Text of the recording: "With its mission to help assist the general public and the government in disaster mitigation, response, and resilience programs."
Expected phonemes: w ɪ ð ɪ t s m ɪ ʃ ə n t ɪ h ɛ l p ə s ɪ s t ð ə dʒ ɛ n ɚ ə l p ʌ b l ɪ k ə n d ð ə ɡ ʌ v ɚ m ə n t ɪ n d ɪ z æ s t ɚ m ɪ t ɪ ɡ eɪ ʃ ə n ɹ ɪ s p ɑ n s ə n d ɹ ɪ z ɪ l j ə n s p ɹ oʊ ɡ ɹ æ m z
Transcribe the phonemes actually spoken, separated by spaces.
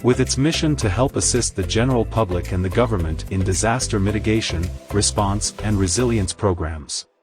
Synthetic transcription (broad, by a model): w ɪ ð ɪ t s m ɪ ʃ ə n t ɪ h ɛ l p ə s ɪ s t ð ə dʒ ɛ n ɚ l p ʌ b l ɪ k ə n ð ə ɡ ʌ v ɚ m ə n t ɪ n d ɪ z æ s t ɚ m ɪ t ɪ ɡ eɪ ʃ ə n ɹ ɪ s p ɑ n s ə n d ɹ ɪ z ɪ l j ə n s p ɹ oʊ ɡ ɹ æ m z